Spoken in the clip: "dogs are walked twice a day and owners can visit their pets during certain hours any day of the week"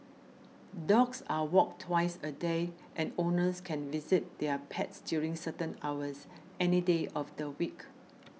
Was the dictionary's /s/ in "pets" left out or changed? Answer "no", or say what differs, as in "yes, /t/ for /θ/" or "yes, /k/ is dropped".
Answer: no